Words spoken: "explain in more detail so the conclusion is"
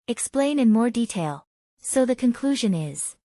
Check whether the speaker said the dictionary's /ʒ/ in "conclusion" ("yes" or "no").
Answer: yes